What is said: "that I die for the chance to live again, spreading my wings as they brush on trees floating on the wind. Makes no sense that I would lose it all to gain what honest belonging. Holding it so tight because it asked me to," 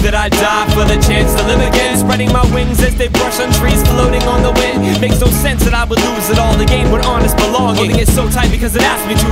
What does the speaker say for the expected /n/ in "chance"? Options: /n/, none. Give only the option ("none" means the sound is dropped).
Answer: /n/